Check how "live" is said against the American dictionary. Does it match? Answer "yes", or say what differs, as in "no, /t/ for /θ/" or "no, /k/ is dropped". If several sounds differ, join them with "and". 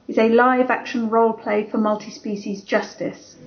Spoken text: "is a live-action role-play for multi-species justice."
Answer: yes